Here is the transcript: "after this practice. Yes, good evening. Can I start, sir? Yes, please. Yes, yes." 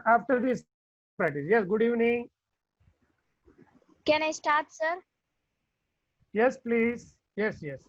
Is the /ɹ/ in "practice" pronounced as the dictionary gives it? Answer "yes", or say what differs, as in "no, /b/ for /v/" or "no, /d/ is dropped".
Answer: no, /ɹ/ is dropped